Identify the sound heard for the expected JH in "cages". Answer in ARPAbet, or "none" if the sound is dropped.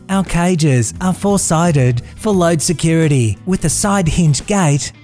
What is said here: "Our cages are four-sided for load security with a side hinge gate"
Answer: JH